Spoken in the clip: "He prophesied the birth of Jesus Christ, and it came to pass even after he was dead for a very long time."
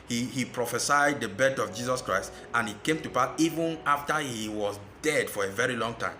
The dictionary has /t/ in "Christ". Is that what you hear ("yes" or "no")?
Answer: yes